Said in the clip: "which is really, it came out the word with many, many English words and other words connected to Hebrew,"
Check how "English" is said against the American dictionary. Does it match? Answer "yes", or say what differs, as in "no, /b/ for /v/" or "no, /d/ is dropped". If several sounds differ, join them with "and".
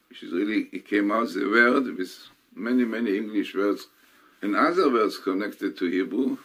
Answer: yes